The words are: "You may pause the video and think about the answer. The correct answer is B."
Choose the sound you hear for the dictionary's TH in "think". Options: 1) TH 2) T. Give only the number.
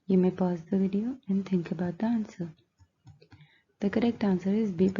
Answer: 2